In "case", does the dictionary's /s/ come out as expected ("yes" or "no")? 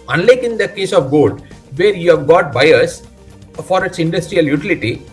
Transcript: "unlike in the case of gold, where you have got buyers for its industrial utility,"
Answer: yes